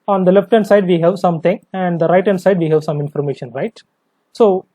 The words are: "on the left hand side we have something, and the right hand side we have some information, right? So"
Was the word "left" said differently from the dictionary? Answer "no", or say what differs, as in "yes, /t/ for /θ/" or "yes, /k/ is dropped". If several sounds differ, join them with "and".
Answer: no